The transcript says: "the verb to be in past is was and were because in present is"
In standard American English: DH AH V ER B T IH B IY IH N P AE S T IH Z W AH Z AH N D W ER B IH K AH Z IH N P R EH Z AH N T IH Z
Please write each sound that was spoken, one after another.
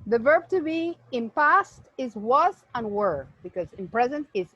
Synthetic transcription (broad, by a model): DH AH V ER B T IH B IY IH N P AE S T IH Z W AH Z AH N W ER B IH K AH Z IH N P R EH Z AH N T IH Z